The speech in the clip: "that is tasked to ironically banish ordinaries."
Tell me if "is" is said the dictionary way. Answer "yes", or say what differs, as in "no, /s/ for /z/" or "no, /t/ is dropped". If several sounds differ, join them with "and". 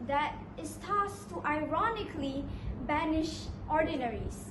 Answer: no, /s/ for /z/